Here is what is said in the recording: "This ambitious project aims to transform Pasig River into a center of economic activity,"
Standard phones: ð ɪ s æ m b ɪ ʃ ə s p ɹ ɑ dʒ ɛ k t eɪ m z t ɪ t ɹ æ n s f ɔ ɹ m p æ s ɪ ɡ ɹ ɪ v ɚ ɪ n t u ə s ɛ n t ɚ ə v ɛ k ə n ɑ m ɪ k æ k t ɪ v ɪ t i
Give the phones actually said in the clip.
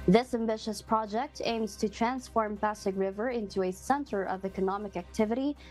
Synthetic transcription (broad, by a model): ð ɪ s æ m b ɪ ʃ ə s p ɹ ɑ dʒ ɛ k t eɪ m z t ɪ t ɹ æ n s f ɔ ɹ m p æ s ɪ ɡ ɹ ɪ v ɚ ɪ n t u ə s ɛ n t ɚ ə v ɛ k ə n ɑ m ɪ k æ k t ɪ v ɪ t i